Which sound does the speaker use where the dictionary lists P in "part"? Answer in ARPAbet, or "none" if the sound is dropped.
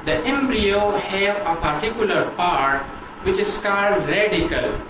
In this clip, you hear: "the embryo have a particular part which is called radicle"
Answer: P